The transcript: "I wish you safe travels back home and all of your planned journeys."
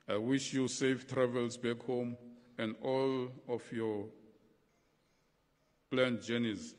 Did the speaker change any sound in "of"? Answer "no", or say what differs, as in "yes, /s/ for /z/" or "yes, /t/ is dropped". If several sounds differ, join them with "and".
yes, /f/ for /v/